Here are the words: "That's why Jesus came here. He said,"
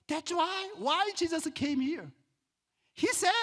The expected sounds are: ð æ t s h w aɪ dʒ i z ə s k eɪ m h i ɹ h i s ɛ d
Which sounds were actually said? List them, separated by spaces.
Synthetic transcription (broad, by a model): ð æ t s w w aɪ dʒ i z ə s k eɪ m h i ɹ h i s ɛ